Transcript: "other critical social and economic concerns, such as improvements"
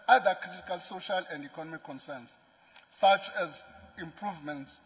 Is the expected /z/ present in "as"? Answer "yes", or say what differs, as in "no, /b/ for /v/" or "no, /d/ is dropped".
yes